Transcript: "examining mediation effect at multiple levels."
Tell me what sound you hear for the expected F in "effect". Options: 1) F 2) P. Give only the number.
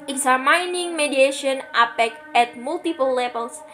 2